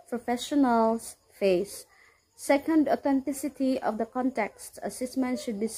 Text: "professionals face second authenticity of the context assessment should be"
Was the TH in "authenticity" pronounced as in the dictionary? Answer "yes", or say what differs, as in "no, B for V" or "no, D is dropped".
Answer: no, T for TH